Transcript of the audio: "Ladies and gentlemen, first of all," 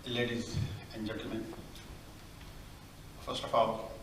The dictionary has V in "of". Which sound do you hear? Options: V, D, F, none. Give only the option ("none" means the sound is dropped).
F